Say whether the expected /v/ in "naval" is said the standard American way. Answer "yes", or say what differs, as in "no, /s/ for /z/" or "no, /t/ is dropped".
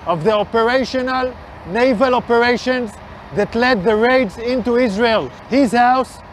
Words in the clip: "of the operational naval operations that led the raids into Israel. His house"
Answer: yes